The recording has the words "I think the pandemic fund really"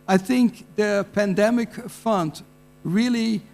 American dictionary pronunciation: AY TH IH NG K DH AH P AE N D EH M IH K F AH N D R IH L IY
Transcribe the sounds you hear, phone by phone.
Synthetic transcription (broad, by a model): AY TH IH NG K DH AH P AE N D EH M IH K F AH N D R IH L IY